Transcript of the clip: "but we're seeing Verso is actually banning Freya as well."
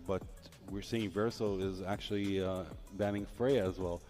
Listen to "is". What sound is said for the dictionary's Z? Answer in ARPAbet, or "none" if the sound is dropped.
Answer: Z